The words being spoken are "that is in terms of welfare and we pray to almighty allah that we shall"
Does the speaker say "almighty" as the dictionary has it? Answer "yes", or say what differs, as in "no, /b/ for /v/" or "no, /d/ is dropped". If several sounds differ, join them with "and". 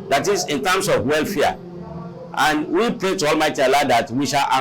yes